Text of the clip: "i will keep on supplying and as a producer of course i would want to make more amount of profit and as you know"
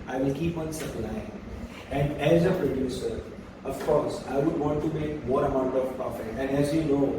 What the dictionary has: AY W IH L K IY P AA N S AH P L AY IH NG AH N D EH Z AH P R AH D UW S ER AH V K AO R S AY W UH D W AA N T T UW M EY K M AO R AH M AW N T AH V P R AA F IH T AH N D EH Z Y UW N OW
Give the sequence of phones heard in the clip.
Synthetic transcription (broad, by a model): AY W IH L K IY P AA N S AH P L AY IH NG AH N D EH Z AH P R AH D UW S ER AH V K AO R S AY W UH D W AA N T T UW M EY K M AO R AH M AW N T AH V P AA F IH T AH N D EH Z Y UW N OW